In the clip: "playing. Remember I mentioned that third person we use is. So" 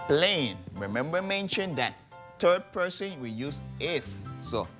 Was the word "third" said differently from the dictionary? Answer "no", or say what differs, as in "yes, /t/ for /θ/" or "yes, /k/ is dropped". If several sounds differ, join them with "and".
yes, /t/ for /θ/